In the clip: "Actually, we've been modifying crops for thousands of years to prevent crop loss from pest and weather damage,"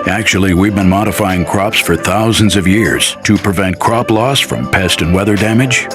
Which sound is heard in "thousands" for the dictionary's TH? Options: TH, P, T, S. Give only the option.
TH